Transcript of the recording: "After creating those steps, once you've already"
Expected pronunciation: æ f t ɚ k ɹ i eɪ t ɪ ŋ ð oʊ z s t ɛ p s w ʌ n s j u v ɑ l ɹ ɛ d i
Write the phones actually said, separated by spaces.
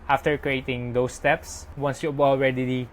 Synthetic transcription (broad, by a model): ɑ f t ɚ k ɹ i eɪ t ɪ ŋ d oʊ s t ɛ p s w ʌ n s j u b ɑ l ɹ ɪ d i